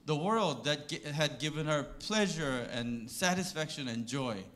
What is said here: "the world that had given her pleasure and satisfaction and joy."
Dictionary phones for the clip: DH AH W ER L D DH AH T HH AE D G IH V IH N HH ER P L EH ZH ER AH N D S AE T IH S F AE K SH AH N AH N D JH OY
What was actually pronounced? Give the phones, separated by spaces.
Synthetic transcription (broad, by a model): DH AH W ER L D DH AH T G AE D G IH V IH N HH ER P L EH ZH ER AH N S AE T IH S F AE K SH AH N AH N JH OY